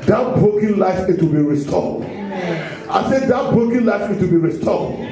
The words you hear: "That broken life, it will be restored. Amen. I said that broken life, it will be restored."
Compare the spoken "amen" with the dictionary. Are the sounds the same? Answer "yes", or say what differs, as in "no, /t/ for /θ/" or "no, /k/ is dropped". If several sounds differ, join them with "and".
no, /m/ is dropped